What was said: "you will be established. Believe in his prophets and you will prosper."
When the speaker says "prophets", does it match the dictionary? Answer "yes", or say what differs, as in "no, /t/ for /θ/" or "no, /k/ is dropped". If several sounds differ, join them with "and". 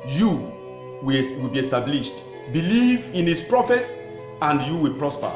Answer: yes